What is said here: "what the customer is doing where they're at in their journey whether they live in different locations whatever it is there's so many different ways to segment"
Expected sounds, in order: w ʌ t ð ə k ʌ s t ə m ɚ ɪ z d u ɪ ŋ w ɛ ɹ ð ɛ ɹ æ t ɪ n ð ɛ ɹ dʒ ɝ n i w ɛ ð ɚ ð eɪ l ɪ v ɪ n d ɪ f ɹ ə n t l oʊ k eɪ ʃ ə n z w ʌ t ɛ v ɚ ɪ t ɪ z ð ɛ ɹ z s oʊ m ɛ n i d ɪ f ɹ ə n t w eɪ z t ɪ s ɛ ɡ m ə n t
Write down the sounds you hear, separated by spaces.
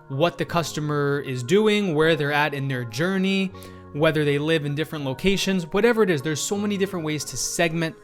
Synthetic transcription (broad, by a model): w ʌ t ð ə k ʌ s t ə m ɚ ɪ z d u ɪ ŋ w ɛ ɹ ð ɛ ɹ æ t ɪ n ð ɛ ɹ dʒ ɝ n i w ɛ ð ɚ ð eɪ l ɪ v ɪ n d ɪ f ɹ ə n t l oʊ k eɪ ʃ ə n z w ʌ t ɛ v ɚ ɪ t ɪ z ð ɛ ɹ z s oʊ m ɛ n i d ɪ f ɹ ə n t w eɪ z t ɪ s ɛ ɡ m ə n t